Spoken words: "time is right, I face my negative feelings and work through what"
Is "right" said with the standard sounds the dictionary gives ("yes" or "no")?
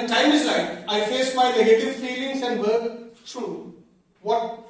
no